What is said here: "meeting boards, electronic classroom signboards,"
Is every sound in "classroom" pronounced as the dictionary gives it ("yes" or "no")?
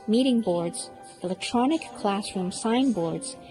yes